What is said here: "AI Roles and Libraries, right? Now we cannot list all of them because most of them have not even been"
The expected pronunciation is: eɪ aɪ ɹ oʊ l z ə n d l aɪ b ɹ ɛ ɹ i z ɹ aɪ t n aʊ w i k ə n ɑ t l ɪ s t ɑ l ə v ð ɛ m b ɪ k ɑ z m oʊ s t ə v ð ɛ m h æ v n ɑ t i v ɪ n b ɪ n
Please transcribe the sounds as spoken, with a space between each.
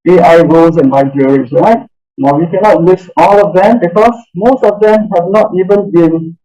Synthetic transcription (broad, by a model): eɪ aɪ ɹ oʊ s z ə n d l aɪ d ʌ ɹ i s ɹ aɪ t n aʊ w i k ə n ɑ t w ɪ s ɑ l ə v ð ɛ m b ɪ k ɑ s m oʊ s t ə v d ɛ m h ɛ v n ɑ t i v ɪ n b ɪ n